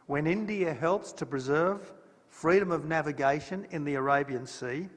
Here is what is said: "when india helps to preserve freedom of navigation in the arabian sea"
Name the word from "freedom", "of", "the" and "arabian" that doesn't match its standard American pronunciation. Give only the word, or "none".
none